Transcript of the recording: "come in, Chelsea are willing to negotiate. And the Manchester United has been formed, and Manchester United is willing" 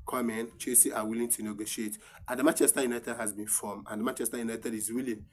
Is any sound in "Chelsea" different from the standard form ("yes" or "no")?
yes